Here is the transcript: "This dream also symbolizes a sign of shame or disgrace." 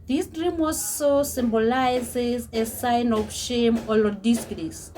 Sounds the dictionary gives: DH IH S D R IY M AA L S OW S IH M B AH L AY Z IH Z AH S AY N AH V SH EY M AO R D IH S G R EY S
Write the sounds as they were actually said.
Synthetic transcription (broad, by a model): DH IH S D R IY M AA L S OW S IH M B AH L AY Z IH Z AH S AY N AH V SH EY M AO L D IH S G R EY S